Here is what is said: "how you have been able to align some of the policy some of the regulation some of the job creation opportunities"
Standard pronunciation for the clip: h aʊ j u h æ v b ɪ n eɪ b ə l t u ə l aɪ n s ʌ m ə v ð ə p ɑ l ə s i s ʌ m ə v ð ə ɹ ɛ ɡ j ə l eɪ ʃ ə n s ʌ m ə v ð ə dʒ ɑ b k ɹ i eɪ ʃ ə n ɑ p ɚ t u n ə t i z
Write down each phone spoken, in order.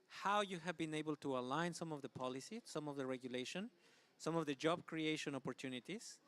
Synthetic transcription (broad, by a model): h aʊ j u h æ v b ɪ n eɪ b ə l t u ə l aɪ n s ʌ m ə v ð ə p ɑ l ə s i s ʌ m ə v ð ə ɹ ɛ ɡ j ə l eɪ ʃ ə n s ʌ m ə v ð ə dʒ ɑ b k ɹ i eɪ ʃ ə n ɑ p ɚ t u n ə t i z